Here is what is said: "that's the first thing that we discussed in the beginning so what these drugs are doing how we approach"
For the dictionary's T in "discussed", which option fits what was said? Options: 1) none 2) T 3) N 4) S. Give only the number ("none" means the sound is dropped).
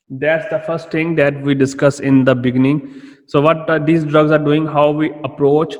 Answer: 1